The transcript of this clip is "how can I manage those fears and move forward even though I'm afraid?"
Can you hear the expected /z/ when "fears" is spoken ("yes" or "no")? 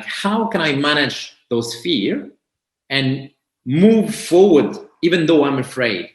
no